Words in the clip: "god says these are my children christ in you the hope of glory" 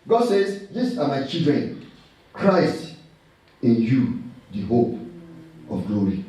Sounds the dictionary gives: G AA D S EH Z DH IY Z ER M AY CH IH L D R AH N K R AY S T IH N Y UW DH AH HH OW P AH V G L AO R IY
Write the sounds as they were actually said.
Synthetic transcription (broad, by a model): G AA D S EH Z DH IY S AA M AY CH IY L D R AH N K R AY S T IH N Y UW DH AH HH OW P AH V G L AO R IY